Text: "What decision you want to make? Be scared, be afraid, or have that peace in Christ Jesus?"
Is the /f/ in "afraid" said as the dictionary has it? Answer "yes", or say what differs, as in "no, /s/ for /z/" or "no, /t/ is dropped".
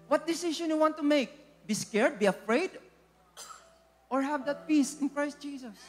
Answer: yes